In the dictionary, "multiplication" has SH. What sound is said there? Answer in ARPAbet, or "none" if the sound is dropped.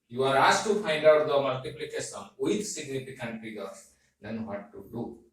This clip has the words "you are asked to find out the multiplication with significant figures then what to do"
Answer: S